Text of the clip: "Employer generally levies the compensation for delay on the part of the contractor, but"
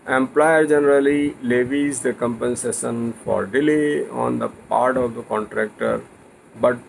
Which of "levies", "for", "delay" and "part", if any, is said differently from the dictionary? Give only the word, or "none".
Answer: none